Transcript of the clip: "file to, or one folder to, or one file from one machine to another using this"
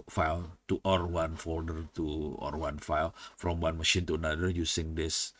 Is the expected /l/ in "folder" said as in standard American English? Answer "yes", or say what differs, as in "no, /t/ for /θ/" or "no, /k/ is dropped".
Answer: yes